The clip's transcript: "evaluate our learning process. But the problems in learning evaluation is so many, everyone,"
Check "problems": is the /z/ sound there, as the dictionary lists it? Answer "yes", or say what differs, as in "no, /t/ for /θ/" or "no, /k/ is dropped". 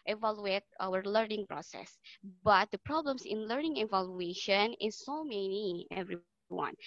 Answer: no, /s/ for /z/